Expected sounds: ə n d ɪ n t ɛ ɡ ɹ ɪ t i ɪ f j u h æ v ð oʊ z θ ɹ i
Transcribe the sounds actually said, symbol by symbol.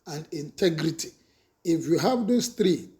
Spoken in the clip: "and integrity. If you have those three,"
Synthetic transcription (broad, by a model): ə n d ɪ n t ɛ ɡ ɹ ɪ t i ɪ f j u h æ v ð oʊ s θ ɹ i